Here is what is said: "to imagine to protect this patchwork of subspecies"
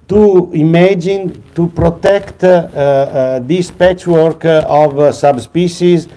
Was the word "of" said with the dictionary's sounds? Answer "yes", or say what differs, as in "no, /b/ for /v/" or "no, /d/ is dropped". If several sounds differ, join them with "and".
yes